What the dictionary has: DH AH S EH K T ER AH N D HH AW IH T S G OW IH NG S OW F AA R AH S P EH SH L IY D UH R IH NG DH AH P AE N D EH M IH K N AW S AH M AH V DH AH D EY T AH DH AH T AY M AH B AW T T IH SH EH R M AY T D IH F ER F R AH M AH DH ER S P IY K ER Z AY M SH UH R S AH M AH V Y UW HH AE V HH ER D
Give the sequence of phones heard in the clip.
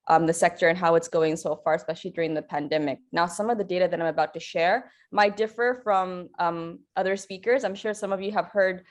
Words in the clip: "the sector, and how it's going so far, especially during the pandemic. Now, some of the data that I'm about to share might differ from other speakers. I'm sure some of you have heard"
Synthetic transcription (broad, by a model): DH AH S EH K T ER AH N HH AW IH T S G OW IH NG S OW F AA R AH S P EH SH L IY D UH R IH NG DH AH P AE N D EH M IH K N AW S AH M AH V DH AH D EY T AH DH AH T AY M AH B AW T T IH SH EH R M AY T D IH F ER F R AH M AH DH ER S P IY K ER Z AY M SH UH R S AH M AH V Y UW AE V HH ER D